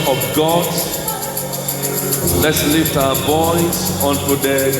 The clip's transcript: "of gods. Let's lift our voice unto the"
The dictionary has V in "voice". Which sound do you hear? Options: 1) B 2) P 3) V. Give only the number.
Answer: 1